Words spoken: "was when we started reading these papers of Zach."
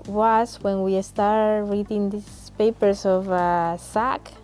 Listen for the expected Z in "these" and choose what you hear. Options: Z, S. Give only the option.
S